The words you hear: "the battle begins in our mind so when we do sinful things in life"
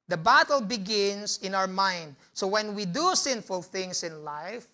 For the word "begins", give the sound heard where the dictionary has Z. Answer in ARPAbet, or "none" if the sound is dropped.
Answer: S